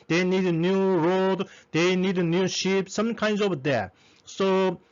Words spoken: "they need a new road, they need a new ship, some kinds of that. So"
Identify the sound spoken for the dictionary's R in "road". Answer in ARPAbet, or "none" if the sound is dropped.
R